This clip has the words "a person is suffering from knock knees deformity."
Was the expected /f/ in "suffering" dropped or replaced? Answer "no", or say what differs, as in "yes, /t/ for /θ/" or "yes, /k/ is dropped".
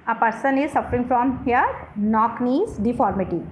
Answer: no